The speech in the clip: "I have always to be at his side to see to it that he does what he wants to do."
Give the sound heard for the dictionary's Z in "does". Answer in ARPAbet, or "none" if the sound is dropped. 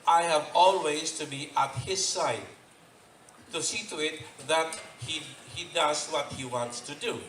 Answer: Z